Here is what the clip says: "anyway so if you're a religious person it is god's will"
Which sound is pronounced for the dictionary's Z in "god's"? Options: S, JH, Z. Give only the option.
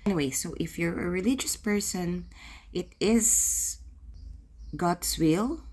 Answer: S